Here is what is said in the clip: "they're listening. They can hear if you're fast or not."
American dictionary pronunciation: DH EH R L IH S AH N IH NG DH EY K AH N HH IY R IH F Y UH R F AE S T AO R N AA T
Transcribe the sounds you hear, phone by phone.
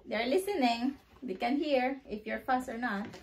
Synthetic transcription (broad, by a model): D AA R L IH S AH N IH NG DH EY K AH N HH IY R IH F Y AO R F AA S AO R N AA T